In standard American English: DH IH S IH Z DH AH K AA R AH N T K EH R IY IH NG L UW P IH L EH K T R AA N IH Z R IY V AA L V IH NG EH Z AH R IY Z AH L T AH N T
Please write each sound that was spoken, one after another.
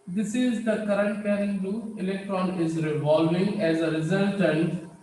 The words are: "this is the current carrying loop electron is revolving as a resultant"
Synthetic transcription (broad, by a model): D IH S IH Z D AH K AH R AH N T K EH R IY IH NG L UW IH L EH K T R AA N IH Z R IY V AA L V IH NG EH Z AH R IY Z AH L T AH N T